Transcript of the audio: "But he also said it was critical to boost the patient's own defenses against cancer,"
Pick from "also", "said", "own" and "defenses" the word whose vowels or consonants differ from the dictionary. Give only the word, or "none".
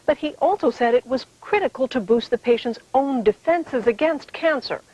none